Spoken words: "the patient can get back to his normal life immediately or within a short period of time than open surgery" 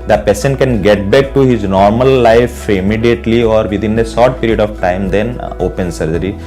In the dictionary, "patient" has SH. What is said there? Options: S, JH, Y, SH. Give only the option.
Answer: S